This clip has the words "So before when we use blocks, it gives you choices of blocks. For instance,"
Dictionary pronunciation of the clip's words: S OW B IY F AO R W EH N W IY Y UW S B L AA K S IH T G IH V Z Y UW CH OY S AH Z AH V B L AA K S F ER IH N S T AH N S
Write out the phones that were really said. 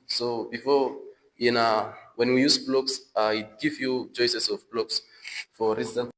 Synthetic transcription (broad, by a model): S OW B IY F AO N W EH N W IY Y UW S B L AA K S IH T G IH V Y UW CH OY S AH S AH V B L AA K S F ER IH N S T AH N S